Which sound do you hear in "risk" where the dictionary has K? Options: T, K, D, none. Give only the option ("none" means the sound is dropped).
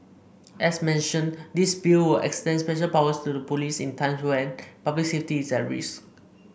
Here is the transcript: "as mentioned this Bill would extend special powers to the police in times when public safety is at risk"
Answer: none